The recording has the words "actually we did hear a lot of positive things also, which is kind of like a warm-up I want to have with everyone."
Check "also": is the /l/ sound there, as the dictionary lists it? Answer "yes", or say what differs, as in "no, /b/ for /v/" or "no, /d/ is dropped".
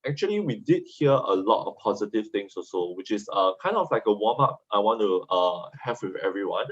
no, /l/ is dropped